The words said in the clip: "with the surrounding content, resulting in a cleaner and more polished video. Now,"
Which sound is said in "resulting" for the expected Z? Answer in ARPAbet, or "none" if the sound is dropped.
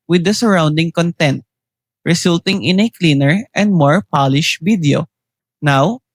S